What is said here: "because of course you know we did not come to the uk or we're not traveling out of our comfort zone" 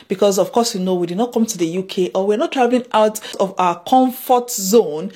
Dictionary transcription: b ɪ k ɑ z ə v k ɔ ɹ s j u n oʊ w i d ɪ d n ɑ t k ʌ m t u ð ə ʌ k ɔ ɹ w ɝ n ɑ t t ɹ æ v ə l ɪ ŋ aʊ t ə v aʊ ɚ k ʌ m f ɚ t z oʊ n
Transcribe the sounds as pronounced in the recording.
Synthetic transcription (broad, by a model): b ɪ k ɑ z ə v k ɔ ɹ s j u n oʊ w i d ɪ d n ɑ t k ʌ m t u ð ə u k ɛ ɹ w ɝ n ɑ t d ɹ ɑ ə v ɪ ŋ aʊ t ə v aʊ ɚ k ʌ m f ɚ t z oʊ n